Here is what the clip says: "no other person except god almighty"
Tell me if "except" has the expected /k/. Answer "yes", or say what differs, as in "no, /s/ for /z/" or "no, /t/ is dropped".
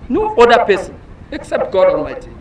yes